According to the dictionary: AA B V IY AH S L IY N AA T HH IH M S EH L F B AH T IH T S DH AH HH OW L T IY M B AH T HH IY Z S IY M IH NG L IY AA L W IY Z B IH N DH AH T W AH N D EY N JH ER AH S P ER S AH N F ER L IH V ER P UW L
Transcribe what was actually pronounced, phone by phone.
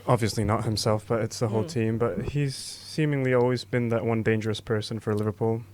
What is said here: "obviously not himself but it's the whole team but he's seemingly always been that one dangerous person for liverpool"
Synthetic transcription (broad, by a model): AA B V IY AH S L IY N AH T HH IH M S EH L F B AH T IH T S DH AH HH OW L T IY M B AH T HH IY Z S IY M IH NG L IY AA L W IY Z B IH N DH AH T W AH N D EY N JH ER AH S P ER S AH N F ER L IH V ER P UW L